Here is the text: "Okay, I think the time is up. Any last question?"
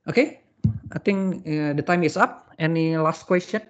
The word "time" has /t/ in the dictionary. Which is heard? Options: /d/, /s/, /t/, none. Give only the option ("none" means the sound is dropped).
/t/